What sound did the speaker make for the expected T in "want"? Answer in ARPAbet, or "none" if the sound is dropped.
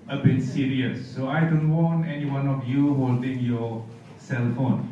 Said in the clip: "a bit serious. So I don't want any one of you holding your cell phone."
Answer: none